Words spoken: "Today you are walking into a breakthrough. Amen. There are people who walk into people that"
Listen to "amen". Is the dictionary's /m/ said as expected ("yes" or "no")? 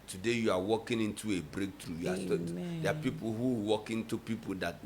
no